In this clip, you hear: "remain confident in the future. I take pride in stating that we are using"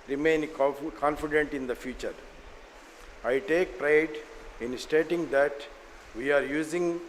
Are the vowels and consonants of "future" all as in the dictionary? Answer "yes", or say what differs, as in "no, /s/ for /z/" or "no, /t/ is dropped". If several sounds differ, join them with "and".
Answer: yes